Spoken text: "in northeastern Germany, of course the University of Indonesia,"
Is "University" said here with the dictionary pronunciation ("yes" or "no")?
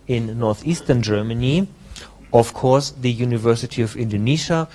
yes